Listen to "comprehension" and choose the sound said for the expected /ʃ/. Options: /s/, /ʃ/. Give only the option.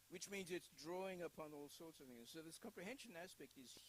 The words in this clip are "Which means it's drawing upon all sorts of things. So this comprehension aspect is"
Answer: /ʃ/